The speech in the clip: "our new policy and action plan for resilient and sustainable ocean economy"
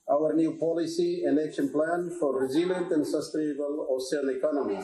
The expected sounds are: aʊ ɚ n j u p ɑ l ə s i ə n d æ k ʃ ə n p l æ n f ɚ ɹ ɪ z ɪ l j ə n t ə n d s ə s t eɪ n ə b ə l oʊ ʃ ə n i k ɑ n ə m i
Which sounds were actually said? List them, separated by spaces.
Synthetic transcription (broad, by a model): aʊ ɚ n j u p ɑ l ə s i ə n d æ k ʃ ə n p l æ n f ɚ ɹ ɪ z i l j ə n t ə n d s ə s t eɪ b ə l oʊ s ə l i k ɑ n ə m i